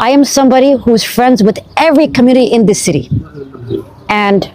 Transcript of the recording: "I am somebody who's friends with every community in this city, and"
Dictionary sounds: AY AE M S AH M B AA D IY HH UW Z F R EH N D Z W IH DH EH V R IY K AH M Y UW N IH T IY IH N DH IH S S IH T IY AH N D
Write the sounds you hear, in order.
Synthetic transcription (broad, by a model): AY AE M S AH M B AA D IY HH UW Z F R EH N D Z W IH DH EH V R IY K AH M Y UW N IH T IY IH N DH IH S S IH T IY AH N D